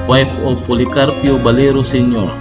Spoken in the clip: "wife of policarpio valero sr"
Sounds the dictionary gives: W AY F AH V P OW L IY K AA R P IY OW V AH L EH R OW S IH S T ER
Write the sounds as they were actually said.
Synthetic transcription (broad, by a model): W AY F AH P OW L IY K AA R P IY OW B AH L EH R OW S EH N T